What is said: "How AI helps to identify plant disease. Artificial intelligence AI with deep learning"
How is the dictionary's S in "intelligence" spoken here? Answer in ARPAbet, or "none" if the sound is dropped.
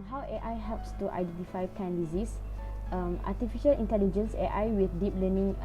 S